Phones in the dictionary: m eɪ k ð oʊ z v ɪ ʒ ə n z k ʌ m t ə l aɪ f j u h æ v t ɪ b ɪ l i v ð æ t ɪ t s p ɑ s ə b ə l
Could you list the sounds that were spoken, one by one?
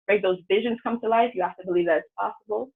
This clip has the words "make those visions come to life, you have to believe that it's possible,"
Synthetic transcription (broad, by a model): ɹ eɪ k ð oʊ z v ɪ ʒ ə n z k ʌ m t ə l aɪ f j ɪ h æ f t ɪ b ɪ l i v ð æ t ɪ t s p ɑ s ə b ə l